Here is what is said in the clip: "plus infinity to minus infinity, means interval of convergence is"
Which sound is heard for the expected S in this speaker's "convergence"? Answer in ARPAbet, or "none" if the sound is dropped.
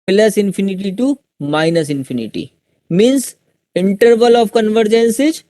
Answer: S